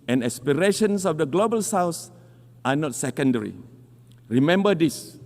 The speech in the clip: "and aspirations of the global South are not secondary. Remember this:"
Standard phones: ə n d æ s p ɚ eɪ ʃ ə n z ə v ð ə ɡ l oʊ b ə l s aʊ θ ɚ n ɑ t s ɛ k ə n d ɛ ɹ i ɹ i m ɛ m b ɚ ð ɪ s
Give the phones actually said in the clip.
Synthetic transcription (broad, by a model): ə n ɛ s p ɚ eɪ ʃ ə n s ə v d ə ɡ l oʊ b ə l s aʊ s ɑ n ɑ t s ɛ k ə n d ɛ ɹ i ɹ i m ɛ m b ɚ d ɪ s